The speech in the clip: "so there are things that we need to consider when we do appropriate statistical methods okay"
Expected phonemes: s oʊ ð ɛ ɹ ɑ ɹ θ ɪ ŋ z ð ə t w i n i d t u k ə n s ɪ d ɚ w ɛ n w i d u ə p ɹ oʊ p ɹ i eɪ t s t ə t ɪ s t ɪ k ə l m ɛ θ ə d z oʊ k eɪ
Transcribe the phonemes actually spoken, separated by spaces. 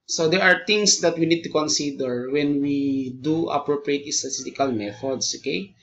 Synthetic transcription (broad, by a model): s oʊ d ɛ ɹ ɑ ɹ t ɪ ŋ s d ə t w i n i d t u k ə n s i d ɚ w ɛ n w i d u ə p ɹ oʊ p ɹ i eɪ t s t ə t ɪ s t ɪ k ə l m ɛ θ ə d s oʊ k eɪ